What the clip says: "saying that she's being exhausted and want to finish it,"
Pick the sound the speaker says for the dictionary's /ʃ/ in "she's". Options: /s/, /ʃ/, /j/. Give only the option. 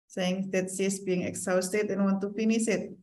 /s/